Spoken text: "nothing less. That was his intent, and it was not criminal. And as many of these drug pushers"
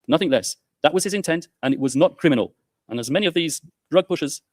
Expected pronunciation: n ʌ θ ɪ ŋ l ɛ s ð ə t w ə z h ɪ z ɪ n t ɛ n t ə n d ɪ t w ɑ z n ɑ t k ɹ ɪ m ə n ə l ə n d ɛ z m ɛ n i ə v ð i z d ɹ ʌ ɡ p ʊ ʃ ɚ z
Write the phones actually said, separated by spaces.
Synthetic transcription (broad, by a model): n ʌ θ ɪ ŋ l ɛ s ð ə t w ə z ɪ z ɪ n t ɛ n t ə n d ɪ t w ɑ z n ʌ t k ɹ ɪ m ə n ə l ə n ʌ z m ɛ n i ə v ð i z d ɹ ʌ ɡ p ʊ ʃ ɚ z